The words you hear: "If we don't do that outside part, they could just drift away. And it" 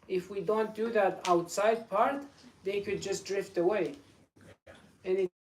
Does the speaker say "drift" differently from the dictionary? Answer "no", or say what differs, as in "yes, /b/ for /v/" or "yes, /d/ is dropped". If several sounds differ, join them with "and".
no